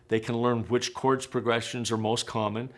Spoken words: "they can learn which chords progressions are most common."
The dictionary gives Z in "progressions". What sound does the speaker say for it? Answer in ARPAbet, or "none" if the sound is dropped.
Z